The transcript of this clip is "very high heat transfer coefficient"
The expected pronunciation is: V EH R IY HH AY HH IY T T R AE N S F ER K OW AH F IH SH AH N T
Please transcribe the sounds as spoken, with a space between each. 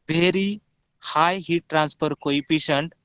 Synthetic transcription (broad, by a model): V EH R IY HH AY HH IY T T R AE N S P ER K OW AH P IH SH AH N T